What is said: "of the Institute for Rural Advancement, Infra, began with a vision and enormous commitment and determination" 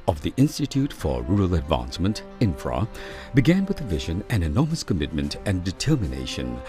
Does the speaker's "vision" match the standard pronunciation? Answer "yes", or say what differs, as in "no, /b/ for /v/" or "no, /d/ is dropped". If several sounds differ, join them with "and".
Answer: yes